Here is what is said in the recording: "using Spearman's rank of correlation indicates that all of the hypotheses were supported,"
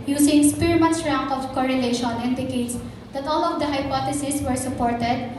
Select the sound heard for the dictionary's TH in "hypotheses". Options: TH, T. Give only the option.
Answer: T